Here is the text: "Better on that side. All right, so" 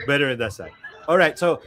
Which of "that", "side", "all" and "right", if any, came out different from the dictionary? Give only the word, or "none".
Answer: side